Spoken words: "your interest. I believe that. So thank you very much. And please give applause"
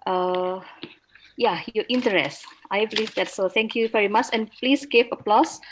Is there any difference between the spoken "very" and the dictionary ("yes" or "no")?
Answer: no